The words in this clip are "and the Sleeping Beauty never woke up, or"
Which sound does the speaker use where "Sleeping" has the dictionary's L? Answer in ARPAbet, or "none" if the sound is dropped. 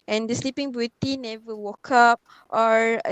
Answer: L